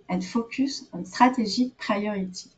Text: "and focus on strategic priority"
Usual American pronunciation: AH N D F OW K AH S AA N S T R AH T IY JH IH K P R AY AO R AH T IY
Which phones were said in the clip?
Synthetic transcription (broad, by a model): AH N F OW K AH S AA N S T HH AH T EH ZH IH P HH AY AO R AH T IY